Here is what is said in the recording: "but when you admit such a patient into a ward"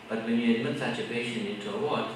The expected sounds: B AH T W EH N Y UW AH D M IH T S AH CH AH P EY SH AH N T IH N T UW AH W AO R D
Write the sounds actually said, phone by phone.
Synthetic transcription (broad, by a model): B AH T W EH N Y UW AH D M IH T S AH CH AH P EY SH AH N IH N T UW AH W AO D